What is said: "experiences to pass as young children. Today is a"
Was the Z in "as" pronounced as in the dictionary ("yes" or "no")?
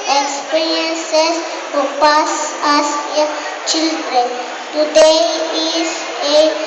no